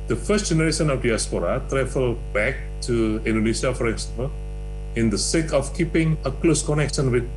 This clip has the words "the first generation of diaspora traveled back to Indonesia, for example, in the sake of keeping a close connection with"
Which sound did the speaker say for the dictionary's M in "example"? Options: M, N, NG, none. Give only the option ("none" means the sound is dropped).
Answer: none